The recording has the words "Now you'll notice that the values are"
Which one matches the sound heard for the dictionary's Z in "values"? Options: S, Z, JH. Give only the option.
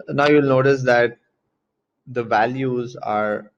Z